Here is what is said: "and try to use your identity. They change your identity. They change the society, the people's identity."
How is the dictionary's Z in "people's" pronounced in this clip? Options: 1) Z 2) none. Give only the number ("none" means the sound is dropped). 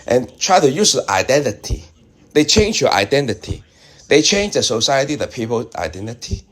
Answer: 2